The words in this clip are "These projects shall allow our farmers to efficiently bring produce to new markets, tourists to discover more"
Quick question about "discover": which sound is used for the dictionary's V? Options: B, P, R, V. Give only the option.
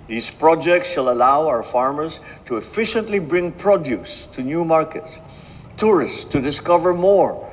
V